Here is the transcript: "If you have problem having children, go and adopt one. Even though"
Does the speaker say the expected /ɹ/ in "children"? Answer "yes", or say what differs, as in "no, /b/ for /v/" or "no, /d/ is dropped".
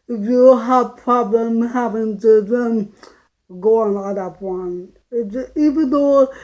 no, /ɹ/ is dropped